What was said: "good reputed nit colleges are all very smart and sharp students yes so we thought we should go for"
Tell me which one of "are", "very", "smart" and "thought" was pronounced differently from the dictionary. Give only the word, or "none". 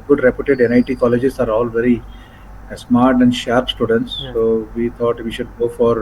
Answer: thought